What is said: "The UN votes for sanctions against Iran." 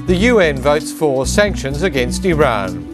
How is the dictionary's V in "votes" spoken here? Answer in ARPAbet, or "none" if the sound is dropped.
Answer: V